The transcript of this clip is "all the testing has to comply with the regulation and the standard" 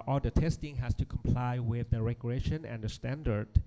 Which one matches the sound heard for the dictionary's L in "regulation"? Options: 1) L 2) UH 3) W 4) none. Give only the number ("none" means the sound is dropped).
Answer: 4